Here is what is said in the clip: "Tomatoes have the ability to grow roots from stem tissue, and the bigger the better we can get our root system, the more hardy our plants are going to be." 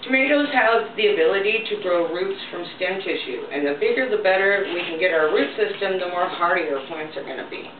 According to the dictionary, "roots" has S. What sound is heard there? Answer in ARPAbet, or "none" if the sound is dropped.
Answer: S